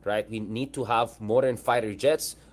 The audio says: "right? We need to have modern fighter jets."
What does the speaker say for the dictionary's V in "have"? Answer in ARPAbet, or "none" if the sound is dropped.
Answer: V